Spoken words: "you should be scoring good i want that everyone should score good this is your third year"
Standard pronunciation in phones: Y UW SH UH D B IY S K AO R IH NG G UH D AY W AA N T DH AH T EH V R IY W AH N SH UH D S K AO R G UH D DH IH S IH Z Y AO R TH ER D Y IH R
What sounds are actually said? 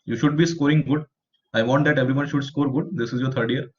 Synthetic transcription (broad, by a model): Y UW SH UH D B IY S K AO R IH NG G UH D AY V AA N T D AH T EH V R IY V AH N SH UH D S K AO R G UH D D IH S IH Z Y AO R T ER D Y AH R